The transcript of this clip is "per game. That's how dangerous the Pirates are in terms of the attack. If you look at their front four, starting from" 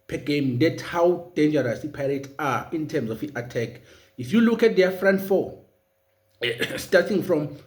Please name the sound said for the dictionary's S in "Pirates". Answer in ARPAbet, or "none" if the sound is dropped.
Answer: none